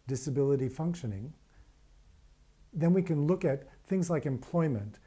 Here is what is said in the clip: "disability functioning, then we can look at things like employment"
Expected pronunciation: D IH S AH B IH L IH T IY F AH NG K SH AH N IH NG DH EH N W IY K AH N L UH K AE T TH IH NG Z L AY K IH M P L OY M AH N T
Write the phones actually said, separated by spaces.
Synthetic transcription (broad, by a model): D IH S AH B IH L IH T IY F AH NG K SH AH N IH NG DH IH N W IY K AH N L UH K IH T TH IH NG Z L AY K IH M P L OY M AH N T